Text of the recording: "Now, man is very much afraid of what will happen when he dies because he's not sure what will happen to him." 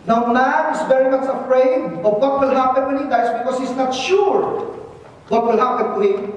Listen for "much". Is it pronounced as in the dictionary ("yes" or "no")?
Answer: no